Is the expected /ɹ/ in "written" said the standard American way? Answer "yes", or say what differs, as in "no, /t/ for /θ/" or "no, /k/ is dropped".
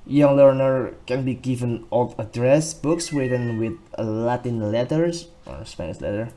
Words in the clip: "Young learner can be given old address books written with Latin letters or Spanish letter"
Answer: no, /w/ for /ɹ/